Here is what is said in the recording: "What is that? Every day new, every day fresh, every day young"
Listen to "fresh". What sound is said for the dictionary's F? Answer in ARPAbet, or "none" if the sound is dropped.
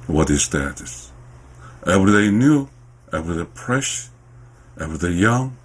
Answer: P